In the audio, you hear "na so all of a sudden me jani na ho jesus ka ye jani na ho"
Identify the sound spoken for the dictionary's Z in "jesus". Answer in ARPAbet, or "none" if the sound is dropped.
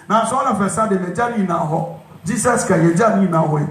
S